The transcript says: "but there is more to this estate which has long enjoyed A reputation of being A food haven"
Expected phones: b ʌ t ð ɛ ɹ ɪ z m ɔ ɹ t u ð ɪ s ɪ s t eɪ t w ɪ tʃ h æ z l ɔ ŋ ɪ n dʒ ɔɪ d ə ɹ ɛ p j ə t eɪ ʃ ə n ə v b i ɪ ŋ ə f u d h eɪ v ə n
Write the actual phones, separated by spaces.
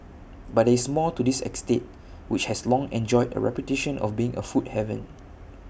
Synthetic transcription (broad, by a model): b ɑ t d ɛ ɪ s m ɔ l t u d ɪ s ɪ s t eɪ t w ɪ tʃ h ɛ s l ɔ ŋ ɪ n dʒ ɔɪ d ə ɹ ɛ p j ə t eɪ ʃ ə n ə f b i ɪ ŋ ə f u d h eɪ v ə n